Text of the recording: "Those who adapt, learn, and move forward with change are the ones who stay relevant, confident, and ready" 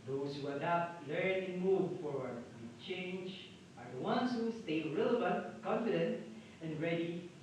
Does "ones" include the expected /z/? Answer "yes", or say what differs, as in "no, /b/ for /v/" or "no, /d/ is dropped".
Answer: no, /s/ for /z/